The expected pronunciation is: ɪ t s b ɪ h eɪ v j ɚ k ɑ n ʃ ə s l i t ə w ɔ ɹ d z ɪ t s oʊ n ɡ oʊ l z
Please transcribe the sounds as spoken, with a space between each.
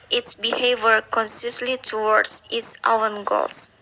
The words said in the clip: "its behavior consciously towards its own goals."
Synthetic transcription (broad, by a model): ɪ t s b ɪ h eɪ v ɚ k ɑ n s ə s l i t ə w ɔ ɹ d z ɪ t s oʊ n ɡ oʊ l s